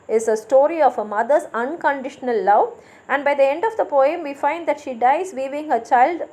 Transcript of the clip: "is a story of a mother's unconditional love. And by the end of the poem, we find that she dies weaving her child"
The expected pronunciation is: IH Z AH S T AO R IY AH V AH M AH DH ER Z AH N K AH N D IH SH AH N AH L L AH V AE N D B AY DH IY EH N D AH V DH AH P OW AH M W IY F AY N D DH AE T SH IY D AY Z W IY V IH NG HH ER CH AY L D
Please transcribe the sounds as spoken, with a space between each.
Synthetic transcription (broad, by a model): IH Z AH S T AO R IY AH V AH M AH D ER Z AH N K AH N D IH SH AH N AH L L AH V AE N D B AY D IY EH N D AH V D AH P OW AH M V IY F AY N D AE T SH IY D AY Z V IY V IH NG HH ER CH AY L D